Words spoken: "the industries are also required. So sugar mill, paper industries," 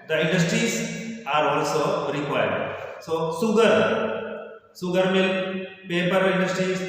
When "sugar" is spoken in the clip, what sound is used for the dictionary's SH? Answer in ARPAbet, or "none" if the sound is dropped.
S